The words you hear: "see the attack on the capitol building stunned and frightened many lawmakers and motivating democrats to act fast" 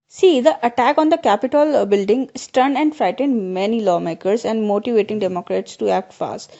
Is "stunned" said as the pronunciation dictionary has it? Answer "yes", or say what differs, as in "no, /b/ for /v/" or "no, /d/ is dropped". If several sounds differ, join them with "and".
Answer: no, /d/ is dropped